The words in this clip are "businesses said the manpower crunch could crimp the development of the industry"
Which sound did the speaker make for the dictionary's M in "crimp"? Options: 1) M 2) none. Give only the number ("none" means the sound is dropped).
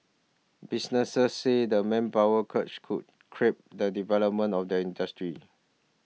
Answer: 2